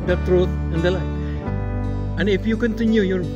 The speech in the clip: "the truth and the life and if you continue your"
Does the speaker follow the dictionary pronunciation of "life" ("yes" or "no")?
no